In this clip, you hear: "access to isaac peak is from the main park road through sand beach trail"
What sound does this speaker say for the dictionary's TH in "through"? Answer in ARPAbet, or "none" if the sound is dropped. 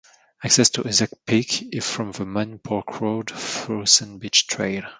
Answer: F